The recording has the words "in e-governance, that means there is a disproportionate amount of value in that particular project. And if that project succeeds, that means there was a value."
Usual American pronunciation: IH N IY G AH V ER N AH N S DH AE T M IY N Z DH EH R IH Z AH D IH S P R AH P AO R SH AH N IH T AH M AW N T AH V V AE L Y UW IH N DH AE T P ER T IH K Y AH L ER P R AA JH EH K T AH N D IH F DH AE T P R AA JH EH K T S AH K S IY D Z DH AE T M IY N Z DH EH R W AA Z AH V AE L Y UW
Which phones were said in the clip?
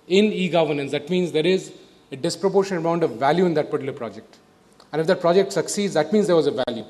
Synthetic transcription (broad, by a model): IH N IY G AH V ER N AH N S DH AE T M IY N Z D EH R IH Z AH D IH S P R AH P AO R SH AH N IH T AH UH N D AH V V AE L Y UW IH N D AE T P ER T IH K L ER P R AA JH EH K T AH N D IH F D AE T P R AA JH EH K T S AH K S IY D Z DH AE T M IY N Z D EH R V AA Z AH V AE L Y UW